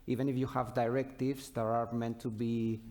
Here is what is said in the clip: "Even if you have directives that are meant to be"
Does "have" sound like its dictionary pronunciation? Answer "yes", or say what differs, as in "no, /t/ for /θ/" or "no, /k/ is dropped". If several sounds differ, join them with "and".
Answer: yes